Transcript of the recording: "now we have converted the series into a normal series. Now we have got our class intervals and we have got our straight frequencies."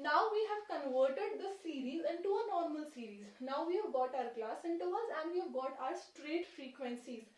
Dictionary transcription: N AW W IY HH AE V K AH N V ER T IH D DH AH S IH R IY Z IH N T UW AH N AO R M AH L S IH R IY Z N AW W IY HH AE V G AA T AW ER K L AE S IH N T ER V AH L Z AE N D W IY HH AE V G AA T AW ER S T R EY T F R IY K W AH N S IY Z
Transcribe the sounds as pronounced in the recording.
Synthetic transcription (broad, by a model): N AW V IY HH AE V K AH N V ER T IH D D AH S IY R IY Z IH N T UW AH N AO R M AH L S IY R IY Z N AW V IY HH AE V G AA T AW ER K L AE S IH N T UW AH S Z AE N D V IY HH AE V G AA T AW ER S T R EY T F R IY K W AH N S IY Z